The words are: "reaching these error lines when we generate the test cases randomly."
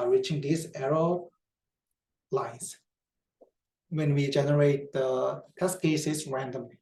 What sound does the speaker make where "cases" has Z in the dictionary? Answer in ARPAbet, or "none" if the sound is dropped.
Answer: S